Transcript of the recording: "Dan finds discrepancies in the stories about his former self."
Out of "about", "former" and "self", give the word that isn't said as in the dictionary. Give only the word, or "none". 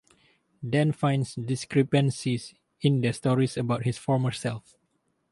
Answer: none